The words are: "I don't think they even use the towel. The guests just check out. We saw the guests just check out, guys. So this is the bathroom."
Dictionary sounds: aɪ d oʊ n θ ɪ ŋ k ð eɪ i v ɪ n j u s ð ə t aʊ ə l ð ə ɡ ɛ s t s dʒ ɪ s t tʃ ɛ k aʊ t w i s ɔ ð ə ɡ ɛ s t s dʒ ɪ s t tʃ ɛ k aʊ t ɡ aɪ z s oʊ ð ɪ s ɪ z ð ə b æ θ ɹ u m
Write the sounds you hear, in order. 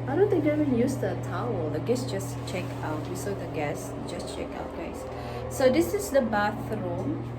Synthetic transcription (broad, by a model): aɪ d oʊ n t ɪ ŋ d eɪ i v ɪ n j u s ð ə t aʊ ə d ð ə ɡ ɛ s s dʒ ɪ s tʃ ɛ k aʊ t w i s ɔ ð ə ɡ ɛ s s dʒ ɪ s tʃ ɛ k aʊ t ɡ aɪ s oʊ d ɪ s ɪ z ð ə b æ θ ɹ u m